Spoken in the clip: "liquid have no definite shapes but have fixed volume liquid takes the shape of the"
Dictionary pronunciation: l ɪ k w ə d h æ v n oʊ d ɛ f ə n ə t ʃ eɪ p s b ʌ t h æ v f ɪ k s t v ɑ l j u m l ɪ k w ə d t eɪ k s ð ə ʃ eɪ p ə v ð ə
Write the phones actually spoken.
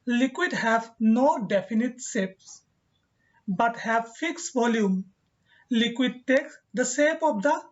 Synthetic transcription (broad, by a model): l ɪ k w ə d h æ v n oʊ d ɛ f ə n ə t s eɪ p s b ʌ t h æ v f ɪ k s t v ɑ l j u m l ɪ k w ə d t eɪ k s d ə s eɪ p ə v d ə